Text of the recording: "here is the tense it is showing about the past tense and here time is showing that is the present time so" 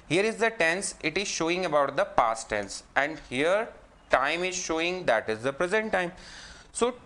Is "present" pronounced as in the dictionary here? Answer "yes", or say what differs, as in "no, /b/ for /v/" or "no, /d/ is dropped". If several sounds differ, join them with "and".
yes